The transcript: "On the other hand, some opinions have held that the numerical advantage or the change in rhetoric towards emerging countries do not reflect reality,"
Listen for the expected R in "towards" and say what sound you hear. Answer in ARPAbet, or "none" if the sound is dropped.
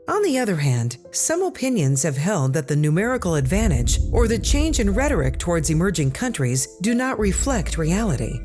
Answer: R